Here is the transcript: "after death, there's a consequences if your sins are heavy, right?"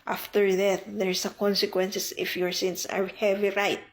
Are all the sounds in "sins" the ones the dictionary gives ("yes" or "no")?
no